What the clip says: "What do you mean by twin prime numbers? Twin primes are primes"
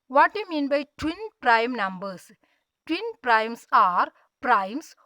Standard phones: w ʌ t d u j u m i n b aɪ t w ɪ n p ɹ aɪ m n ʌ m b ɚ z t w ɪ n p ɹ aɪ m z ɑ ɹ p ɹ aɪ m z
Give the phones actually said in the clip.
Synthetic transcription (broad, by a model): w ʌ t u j m i n b aɪ t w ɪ n p ɹ aɪ m n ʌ m b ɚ s t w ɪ n p ɹ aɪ m s ɑ ɹ p ɹ aɪ m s